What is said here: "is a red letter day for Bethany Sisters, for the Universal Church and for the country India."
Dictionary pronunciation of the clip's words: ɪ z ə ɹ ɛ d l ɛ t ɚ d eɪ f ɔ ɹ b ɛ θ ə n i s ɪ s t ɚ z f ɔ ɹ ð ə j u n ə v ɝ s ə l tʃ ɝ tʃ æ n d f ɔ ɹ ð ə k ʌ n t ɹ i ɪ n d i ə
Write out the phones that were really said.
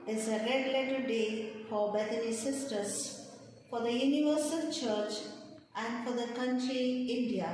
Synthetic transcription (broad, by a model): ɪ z ə ɹ ɛ d l ɛ t ɚ d eɪ f ɔ ɹ b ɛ t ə n i s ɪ s t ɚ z f ɔ ɹ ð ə j u n ə v ɝ s ə l tʃ ɝ tʃ æ n d f ɔ ɹ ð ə k ʌ n t ɹ i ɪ n d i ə